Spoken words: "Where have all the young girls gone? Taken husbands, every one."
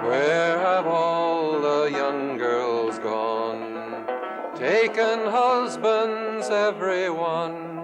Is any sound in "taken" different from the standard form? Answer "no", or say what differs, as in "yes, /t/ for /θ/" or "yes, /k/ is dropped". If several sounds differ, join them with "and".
no